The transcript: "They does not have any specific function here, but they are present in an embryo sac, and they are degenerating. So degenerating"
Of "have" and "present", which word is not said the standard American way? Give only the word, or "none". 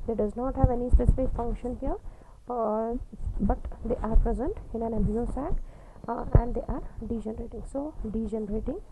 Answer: none